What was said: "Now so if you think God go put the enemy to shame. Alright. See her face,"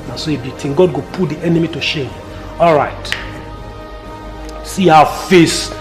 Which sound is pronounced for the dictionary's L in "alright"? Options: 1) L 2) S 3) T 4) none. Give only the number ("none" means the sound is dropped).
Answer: 1